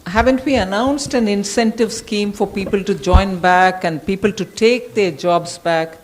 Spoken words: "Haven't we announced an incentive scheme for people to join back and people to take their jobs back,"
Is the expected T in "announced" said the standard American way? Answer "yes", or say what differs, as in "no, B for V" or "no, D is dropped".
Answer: yes